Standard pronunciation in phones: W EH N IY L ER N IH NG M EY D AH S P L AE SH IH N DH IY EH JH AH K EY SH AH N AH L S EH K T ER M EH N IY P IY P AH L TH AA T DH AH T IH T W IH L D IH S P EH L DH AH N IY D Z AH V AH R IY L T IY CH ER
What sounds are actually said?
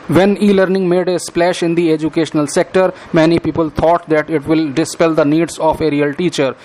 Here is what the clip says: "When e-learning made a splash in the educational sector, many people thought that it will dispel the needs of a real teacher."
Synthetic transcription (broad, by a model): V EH N IY L ER N IH NG M EY D AH S P L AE SH IH N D IY EH JH AH K EY SH AH N AH L S EH K T ER M EH N IY P IY P AH L T AA T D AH T IH T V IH L D IH S P EH L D AH N IY D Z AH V AH R IY L T IY CH ER